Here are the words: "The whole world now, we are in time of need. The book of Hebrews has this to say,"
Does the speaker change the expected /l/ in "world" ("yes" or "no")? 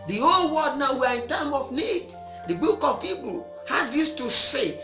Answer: yes